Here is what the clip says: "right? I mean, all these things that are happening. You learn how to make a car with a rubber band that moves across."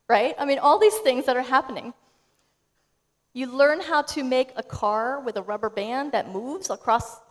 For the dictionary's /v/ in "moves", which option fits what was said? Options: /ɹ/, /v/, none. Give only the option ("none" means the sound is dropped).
/v/